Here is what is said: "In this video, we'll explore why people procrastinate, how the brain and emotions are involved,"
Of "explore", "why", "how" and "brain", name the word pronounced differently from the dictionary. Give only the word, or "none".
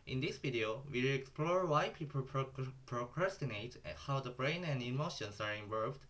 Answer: none